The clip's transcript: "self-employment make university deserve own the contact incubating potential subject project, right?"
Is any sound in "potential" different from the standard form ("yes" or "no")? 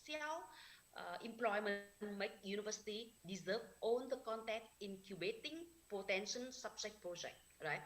yes